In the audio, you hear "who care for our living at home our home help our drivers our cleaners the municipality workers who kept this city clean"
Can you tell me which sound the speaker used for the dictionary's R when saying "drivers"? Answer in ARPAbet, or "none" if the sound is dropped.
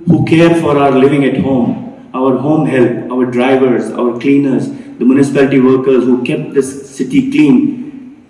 R